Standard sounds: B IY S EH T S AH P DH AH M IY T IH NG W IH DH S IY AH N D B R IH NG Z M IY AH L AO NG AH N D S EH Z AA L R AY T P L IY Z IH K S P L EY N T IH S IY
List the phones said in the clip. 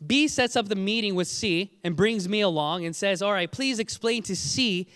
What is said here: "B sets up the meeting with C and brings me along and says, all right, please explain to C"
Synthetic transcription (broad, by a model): B IY S EH T S AH P DH AH M IY T IH NG W IH DH S IY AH N B R IH NG Z M IY AH L AO NG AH N S EH Z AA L R AY T P L IY Z IH K S P L EY N T IH S IY